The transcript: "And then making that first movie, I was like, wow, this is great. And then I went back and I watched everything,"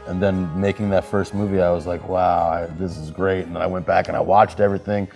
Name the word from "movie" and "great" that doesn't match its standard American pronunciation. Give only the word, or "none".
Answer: none